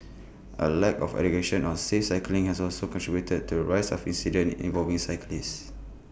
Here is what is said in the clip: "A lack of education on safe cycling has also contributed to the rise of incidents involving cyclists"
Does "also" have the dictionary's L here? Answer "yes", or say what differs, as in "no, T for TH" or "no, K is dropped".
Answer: yes